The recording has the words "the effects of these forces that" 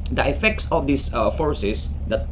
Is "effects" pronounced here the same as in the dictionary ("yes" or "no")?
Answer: yes